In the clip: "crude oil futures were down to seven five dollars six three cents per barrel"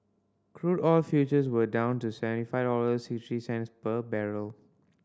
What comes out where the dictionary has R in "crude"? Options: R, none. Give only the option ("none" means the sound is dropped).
R